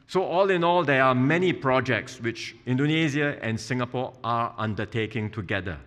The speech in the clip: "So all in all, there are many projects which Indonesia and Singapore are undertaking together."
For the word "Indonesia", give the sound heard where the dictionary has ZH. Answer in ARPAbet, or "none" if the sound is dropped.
Z